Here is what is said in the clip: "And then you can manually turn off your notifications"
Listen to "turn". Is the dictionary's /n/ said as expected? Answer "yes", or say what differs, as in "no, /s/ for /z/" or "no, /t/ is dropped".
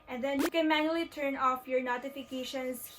yes